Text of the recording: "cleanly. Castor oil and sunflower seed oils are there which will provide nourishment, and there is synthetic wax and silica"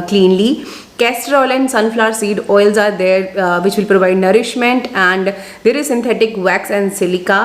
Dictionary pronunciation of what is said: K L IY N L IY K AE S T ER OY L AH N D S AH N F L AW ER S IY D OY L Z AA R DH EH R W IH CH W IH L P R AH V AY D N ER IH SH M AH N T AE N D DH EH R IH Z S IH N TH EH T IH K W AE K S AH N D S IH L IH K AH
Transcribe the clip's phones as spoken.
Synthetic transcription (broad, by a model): K L IY N L IY K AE S T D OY L AH N D S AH N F L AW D S IY D OY L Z AA R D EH R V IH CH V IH L P R AH V AY D N ER IH SH M AH N T AE N D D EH R IH Z S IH N T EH T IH K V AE K S AH N D S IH L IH K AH